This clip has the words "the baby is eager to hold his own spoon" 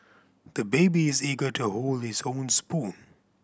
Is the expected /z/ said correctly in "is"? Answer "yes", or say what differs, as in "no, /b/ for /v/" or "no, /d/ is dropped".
yes